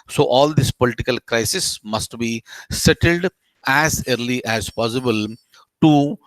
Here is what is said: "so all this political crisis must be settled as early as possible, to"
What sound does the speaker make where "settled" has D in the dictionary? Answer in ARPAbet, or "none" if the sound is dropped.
D